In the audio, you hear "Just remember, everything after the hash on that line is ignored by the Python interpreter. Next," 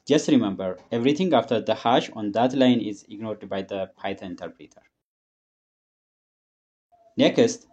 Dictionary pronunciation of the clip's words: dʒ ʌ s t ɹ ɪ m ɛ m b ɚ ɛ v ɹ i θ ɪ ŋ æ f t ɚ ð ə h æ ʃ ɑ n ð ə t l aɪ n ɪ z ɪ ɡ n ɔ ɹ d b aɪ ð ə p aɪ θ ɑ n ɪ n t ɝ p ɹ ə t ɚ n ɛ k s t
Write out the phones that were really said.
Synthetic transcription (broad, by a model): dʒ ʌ s t ɹ ɪ m ɛ m b ɚ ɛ v ɹ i t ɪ ŋ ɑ f t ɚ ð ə h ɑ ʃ ɑ n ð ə t l aɪ n ɪ z ɪ ɡ n ɔ ɹ d b aɪ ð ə p aɪ t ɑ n ɪ n t ɝ p ɹ ə t ɚ n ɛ k s t